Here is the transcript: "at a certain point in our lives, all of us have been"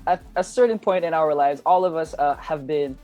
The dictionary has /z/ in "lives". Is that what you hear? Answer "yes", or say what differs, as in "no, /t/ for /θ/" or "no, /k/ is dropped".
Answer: yes